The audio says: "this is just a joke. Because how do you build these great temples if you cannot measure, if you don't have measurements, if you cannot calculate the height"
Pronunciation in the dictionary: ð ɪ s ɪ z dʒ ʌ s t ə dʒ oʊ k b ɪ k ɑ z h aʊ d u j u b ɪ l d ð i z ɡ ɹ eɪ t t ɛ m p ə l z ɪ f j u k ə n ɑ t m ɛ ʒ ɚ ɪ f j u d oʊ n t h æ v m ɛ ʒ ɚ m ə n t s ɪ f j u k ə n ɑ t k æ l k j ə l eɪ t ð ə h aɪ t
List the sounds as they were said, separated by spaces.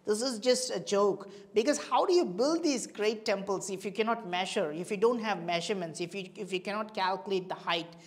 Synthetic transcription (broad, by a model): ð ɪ s ɪ z dʒ ʌ s t ə dʒ oʊ k b ɪ k ɑ z h aʊ d u j u b ɪ l d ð i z ɡ ɹ eɪ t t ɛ m p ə l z ɪ f j u k ə n ɑ t m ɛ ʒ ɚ ɪ f j u d oʊ n t h æ v m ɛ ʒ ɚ m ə n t s ɪ f j u k ə n ɑ t k æ l k j ə l eɪ t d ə h aɪ t